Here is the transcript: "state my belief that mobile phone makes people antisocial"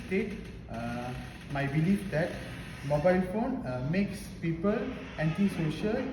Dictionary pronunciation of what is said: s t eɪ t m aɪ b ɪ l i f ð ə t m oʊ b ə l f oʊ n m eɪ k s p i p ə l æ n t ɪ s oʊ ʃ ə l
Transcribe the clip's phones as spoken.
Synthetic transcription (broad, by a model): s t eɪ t m aɪ b ɪ l i f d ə t m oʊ b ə l f oʊ n m eɪ k s p i p ə l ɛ n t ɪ s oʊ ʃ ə l